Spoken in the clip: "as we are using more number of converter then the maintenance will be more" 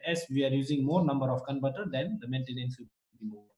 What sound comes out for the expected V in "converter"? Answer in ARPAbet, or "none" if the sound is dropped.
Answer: B